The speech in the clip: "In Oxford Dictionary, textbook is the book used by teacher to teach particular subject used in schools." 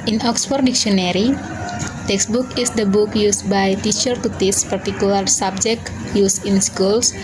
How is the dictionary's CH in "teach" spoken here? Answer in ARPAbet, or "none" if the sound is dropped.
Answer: S